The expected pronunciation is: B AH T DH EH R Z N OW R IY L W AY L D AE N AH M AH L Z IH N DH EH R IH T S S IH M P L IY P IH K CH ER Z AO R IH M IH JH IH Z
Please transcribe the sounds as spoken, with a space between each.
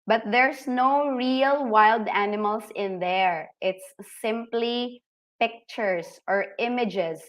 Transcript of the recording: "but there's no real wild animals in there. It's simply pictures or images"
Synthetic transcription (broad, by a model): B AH T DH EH R S N OW R IY L W AY L D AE N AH M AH L S IH N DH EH R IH T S S IH M P L IY P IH K CH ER S AO R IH M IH JH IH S